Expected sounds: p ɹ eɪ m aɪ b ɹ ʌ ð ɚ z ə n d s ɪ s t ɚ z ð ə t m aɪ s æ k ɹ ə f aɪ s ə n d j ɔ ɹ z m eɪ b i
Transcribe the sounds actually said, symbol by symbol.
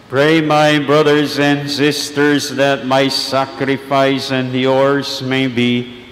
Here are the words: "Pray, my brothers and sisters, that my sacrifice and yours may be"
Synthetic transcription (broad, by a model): p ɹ eɪ m aɪ b ɹ ʌ ð ɚ z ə n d s ɪ s t ɚ z ð ə t m aɪ s æ k ɹ ə f aɪ s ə n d j ɔ ɹ z m eɪ b i